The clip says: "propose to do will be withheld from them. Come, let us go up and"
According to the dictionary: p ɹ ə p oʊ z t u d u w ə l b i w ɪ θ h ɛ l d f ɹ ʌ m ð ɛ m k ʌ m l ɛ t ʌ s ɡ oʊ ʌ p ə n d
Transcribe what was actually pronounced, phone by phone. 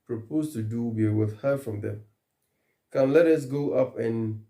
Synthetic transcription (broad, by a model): p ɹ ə p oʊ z t u d u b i w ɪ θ h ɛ f ɹ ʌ m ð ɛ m k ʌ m l ɛ t ʌ s ɡ oʊ ʌ p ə n